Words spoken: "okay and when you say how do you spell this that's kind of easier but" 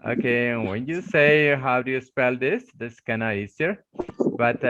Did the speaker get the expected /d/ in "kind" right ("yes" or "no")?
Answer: no